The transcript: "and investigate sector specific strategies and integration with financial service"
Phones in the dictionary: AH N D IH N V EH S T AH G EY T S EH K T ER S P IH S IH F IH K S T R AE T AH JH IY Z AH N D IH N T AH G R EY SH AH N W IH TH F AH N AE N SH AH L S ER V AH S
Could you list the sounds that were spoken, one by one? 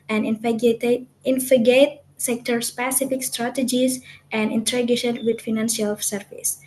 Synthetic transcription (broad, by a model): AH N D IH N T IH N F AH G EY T S EH K T ER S P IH S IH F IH K S T R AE T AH JH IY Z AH N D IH N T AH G EY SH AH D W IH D F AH N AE N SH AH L S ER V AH S